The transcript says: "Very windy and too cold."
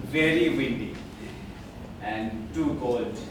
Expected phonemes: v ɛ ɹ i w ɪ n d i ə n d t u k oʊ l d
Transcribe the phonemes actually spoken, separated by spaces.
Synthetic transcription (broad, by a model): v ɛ ɹ i w ɪ n d i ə n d t u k oʊ l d